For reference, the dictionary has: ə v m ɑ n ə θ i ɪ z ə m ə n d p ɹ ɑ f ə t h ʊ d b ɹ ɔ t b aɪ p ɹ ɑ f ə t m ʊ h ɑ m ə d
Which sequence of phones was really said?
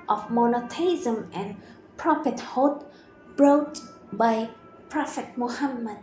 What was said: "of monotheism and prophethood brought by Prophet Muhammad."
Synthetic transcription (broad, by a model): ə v m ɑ n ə t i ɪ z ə m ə n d p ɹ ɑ p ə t h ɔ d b ɹ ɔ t b aɪ p ɹ ɑ f ə t m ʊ h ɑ m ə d